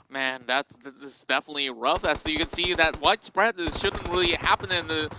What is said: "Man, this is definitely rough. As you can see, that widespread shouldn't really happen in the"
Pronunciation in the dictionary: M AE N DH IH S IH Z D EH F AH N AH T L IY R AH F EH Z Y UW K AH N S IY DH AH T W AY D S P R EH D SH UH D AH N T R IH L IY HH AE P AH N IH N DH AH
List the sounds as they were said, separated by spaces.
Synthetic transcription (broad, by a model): M AE N DH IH S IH S D EH F AH N AH T L IY R AH F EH S Y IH K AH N S IY DH AH T W AY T S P R EH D SH UH D N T R IH L IY HH AE P AH N IH N DH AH